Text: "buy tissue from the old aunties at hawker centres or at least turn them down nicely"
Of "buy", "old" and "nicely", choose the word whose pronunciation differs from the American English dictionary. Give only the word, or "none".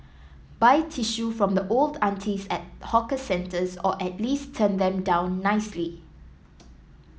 none